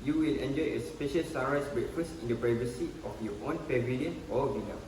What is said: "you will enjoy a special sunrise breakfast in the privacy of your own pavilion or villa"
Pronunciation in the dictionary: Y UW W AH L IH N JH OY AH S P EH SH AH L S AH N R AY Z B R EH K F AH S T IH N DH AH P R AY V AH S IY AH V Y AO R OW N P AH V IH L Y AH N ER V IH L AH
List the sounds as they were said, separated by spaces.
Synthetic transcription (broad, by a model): Y UW W AH L IH N JH OY AH S P EH SH AH L S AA R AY S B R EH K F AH S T IH N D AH P R AY V AH S IY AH F Y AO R OW N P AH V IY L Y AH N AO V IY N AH